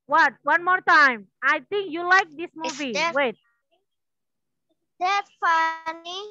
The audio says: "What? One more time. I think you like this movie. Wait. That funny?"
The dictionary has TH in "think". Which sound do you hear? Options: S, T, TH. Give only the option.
T